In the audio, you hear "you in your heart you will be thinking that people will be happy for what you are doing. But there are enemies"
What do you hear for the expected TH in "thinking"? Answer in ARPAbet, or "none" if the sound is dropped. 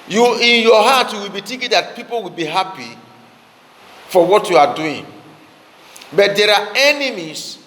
T